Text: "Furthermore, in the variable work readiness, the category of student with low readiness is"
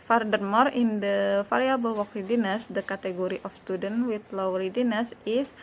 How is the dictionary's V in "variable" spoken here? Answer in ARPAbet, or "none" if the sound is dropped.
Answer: F